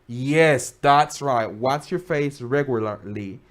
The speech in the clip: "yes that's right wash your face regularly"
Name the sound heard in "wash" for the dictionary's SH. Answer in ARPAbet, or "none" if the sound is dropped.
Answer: S